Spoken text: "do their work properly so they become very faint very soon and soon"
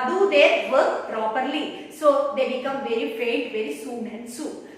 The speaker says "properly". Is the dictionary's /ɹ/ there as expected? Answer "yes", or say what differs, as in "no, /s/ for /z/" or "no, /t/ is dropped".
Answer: yes